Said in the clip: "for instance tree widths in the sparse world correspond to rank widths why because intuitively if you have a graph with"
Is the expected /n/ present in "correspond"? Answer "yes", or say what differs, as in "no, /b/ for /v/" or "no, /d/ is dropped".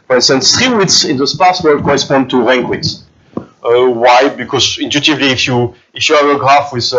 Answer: yes